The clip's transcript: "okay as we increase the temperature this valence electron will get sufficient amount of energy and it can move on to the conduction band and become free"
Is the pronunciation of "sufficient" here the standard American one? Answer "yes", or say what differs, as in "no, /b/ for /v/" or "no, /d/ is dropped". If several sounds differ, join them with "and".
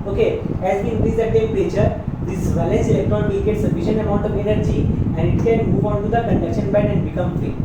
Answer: no, /t/ is dropped